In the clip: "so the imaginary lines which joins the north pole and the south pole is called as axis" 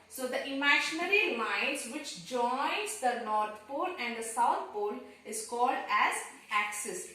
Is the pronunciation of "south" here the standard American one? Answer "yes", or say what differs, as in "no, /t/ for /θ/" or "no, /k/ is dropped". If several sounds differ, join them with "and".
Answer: no, /t/ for /θ/